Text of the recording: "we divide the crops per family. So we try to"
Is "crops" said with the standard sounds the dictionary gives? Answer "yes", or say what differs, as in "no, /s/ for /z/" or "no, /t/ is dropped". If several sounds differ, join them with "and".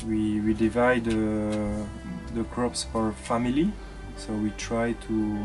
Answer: yes